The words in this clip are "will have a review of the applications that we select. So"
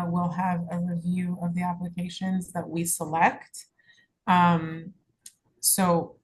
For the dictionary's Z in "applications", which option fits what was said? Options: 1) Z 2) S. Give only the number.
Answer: 1